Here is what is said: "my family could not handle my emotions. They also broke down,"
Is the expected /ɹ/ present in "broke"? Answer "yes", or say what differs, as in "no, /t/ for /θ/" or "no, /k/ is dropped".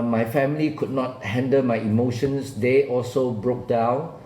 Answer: yes